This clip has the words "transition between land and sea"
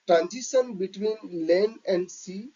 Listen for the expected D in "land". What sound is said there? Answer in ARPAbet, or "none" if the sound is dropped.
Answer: none